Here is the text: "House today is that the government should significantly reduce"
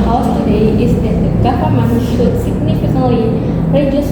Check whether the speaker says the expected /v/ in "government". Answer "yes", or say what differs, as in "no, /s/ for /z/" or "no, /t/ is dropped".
no, /f/ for /v/